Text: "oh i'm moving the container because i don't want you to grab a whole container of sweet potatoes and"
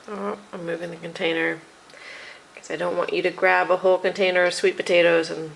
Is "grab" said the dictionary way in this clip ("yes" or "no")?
yes